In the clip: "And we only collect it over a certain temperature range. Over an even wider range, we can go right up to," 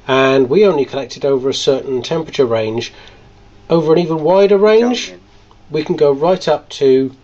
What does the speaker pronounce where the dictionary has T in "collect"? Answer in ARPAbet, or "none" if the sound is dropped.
T